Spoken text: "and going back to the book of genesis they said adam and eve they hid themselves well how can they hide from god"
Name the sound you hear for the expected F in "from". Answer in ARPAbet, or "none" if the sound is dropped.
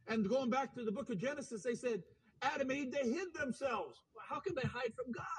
F